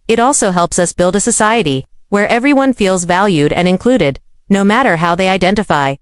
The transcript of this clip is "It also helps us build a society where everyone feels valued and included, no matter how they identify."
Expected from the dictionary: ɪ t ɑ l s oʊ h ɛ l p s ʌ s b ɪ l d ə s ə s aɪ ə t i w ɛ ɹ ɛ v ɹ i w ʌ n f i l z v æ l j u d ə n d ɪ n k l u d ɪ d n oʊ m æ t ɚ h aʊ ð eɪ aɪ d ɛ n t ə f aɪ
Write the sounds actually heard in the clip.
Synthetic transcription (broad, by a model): ɪ t ɑ l s oʊ h ɛ l p s ʌ s b ɪ l d ə s ə s aɪ ə t i w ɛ ɹ ɛ v ɹ i w ʌ n f i l z v æ l j u d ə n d ɪ n k l u d ɪ d n oʊ m æ t ɚ h aʊ ð eɪ aɪ d ɛ n t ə f aɪ